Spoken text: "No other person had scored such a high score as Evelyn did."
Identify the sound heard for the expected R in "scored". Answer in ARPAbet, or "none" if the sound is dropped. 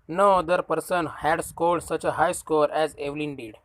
L